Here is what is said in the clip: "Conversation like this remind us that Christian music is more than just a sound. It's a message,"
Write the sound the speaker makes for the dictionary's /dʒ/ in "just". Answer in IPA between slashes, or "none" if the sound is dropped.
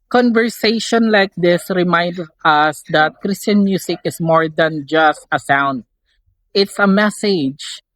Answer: /dʒ/